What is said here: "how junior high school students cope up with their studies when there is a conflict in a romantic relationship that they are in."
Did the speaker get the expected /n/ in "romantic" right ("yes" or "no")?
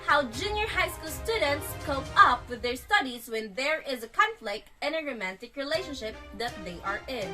yes